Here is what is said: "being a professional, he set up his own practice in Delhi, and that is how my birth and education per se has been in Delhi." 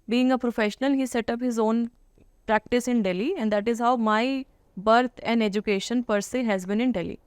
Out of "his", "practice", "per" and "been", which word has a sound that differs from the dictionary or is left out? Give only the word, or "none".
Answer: none